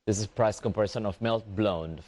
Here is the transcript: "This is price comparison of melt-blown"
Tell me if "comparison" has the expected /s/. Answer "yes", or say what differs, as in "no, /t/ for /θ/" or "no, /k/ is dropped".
no, /ʃ/ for /s/